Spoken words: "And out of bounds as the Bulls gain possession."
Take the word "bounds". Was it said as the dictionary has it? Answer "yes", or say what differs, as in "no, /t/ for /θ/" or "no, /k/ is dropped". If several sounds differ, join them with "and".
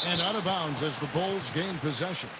yes